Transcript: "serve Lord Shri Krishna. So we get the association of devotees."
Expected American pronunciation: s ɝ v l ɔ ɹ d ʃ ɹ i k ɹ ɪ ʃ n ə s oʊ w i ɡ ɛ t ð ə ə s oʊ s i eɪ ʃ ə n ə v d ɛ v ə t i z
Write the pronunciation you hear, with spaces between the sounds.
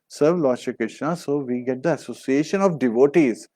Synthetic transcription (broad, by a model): s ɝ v l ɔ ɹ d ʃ i k ɹ ɪ ʃ n ə s oʊ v i ɡ ɛ t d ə ə s oʊ s i eɪ ʃ ə n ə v d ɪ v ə t i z